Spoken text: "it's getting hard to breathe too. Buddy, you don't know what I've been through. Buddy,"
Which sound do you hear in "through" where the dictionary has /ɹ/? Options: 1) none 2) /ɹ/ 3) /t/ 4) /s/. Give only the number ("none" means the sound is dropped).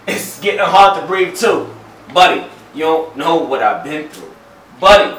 2